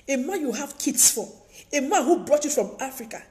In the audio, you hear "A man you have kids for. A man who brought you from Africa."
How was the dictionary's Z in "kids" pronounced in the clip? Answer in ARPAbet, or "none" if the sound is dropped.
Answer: S